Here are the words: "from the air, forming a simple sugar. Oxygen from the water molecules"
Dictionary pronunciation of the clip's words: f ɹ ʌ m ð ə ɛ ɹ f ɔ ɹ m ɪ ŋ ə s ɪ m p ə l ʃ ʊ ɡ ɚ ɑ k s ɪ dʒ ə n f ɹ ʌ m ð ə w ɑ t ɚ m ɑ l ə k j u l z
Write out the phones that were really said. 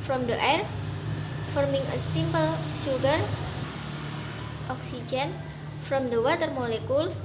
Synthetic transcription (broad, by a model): f ɹ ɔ m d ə ɛ ɹ f ɔ ɹ m ɪ ŋ ə s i m p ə l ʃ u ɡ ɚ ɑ k s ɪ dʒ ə n f ɹ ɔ m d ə w ɑ t ɚ m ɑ l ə k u l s